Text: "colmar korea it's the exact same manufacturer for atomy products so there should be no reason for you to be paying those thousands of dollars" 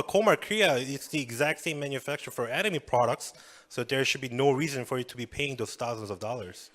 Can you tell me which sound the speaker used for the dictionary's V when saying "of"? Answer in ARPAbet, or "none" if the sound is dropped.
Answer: V